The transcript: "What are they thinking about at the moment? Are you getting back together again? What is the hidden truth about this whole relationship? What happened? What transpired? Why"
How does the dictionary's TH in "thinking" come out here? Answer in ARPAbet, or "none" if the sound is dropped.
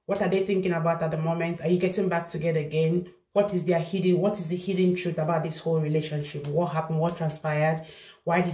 TH